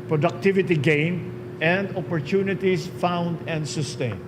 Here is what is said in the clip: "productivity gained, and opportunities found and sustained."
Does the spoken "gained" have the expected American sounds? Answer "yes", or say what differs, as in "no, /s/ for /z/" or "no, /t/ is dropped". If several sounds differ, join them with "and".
no, /d/ is dropped